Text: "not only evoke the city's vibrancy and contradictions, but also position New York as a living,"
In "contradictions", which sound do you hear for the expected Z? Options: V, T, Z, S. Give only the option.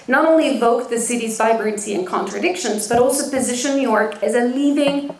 Z